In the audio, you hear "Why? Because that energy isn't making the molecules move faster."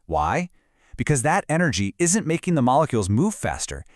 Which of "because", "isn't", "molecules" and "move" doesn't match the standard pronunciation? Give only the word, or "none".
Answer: none